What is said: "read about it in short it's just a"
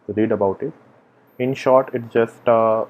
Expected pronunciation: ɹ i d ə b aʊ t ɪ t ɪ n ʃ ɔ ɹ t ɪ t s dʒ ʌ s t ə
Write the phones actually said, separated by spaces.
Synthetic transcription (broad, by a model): ɹ i d ə b aʊ t ɪ t ɪ n ʃ ɔ ɹ t ɪ t s dʒ ʌ s t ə